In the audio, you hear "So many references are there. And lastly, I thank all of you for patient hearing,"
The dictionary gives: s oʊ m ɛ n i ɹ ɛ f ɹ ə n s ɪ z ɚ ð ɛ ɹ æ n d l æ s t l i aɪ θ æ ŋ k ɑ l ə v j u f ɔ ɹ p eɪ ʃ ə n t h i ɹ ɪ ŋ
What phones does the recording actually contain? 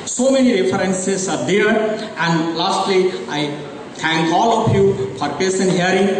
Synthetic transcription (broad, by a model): s oʊ m ɛ n i ɹ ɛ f ɹ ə n s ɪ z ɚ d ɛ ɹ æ n d l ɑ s t l i aɪ t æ ŋ k ɑ l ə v j u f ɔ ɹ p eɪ s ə n h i ɹ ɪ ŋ